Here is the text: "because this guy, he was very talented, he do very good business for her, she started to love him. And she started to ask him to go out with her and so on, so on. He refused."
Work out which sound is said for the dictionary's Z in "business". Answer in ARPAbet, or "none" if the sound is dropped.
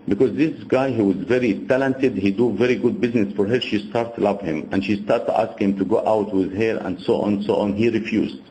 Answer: Z